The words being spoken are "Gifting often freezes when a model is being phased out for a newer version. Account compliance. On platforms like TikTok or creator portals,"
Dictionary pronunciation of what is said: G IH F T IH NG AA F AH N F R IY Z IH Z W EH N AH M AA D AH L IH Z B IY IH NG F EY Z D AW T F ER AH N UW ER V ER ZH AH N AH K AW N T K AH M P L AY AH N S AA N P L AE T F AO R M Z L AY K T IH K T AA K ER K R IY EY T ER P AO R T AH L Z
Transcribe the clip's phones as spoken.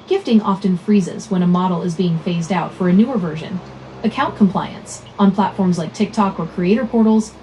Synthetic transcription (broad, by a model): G IH F T IH NG AA F AH N F R IY Z IH Z W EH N AH M AA D L IH Z B IY IH NG F EY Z D AW T F ER AH N UW ER V ER ZH AH N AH K AW N K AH M P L AY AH N S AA N P L AE T F AO R M Z L AY K T IH K T AA K ER K R IY EY T ER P AO R T L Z